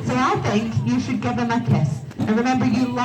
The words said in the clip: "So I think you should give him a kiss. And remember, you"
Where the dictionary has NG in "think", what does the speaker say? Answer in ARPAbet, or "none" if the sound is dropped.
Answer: NG